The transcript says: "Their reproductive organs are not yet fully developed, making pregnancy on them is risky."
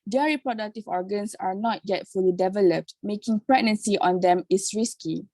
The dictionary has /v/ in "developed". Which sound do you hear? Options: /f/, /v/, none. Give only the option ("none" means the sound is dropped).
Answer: /v/